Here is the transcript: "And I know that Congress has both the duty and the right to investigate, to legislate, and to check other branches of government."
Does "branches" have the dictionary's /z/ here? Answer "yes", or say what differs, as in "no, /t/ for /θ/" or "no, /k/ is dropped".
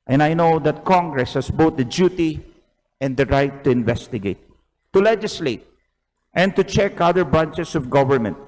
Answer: no, /s/ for /z/